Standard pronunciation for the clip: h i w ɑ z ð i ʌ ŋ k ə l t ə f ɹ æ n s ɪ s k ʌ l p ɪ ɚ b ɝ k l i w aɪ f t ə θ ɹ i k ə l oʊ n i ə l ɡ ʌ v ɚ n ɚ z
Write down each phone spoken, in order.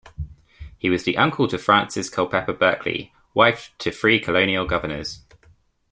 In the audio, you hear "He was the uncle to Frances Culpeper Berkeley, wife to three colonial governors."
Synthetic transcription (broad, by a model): h i w ɑ z ð i ʌ ŋ k ə l t ə f ɹ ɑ n s ɪ s k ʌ l p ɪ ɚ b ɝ k l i w aɪ f t ə f ɹ i k ə l oʊ n i ə l ɡ ʌ v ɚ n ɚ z